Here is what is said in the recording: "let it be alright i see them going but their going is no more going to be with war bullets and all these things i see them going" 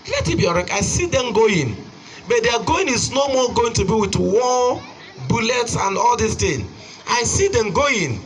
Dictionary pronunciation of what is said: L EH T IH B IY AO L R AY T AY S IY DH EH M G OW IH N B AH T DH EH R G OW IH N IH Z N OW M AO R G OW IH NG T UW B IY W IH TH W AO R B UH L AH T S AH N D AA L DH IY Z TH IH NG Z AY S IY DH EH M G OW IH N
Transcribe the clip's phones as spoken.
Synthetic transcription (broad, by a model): L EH T IH B IY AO R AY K AY S IY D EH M G OW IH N B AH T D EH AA G OW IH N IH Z N OW M AO G OW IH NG T UW B IY W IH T W AO B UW L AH T S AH N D AA L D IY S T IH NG AY S IY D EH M G OW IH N